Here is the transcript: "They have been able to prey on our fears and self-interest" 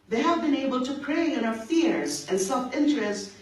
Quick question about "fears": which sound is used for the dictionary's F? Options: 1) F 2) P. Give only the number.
1